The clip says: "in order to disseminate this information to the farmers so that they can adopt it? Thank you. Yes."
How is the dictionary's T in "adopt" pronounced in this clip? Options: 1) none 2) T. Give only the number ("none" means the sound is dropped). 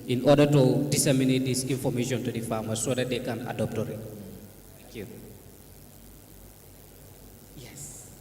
2